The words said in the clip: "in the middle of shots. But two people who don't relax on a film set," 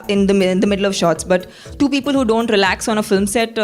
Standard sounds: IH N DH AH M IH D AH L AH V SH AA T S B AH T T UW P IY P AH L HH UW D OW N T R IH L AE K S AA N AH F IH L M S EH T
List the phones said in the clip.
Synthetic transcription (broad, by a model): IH N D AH M IH D AH L AH V SH AA T S B AH T T UW P IY P AH L HH UW D OW N T R IH L AE K S AA N AH F IH L M S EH T